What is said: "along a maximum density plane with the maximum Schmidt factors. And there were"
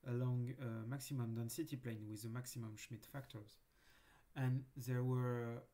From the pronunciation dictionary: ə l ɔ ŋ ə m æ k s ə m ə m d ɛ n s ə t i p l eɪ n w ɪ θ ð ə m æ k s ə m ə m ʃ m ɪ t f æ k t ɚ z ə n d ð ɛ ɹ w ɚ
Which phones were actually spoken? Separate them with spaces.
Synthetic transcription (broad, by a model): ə l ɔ ŋ ə m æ k s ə m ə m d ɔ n s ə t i p l eɪ n w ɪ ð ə m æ k s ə m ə m ʃ m ɪ t f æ k t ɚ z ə n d ð ɛ ɹ w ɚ